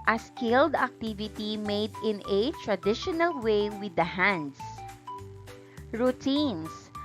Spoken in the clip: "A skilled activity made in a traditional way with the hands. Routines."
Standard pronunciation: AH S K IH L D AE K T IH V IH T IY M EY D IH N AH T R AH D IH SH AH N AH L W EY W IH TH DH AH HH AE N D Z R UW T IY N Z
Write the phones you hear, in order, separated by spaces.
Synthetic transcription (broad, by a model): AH S K IH L D AE K T IH V IH T IY M EY D IH N AH T R AH D IH SH AH N AH L W EY W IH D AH HH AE N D S R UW T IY N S